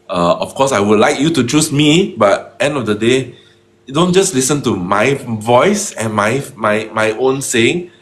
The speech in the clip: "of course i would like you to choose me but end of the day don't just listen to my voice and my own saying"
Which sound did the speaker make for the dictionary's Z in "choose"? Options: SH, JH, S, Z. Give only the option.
S